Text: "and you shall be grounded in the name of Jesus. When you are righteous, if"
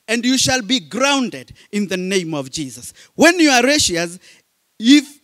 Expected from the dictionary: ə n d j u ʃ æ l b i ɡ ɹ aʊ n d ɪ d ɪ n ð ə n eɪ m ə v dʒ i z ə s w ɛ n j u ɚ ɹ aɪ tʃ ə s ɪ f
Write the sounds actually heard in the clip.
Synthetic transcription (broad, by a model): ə n d j u ʃ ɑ l b i ɡ ɹ aʊ n d ɪ d ɪ n ð ə n eɪ m ə v dʒ i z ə s w ɛ n j u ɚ ɹ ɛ ʃ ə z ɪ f